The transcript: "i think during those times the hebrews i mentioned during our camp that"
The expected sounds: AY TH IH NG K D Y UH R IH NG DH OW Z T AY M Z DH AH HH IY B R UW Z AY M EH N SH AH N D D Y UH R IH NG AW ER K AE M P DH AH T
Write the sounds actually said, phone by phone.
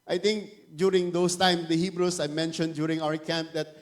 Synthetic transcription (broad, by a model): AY T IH NG K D Y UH R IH NG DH OW S T AY M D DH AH HH IY B R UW S AY M EH N SH AH N D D Y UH R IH NG AW ER K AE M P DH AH T